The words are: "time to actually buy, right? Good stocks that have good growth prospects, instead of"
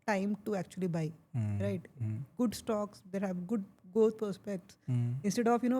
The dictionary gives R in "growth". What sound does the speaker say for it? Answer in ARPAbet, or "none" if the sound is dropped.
none